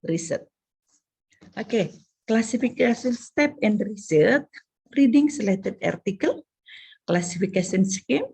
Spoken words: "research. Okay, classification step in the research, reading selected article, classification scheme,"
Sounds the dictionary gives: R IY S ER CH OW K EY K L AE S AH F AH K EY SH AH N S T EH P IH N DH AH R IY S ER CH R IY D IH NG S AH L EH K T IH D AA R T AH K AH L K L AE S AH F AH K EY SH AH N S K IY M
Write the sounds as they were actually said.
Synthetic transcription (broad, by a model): R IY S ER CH OW K EY K L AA S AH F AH K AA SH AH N S T EH P IH N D R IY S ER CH R IY D IH NG S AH L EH T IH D AA R T AH K AH L K L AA S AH F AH K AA S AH N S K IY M